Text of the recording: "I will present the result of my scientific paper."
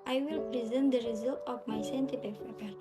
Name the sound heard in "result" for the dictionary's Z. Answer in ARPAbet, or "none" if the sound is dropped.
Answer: Z